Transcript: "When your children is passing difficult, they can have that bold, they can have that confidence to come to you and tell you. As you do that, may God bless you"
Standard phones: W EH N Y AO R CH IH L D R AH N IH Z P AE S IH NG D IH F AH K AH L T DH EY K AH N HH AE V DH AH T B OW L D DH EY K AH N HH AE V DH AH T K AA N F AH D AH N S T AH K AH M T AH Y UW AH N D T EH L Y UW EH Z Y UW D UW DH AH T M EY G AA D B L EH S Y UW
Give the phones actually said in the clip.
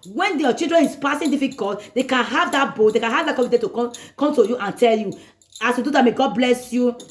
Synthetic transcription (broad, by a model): W EH N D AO CH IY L D R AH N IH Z P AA S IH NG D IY F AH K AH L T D EY K AH N HH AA V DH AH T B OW D EY K AH N HH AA V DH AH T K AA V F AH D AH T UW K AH K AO M T AH Y UW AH N T EH L Y UW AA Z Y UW D UW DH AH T M EY G AA D B L EH S Y UW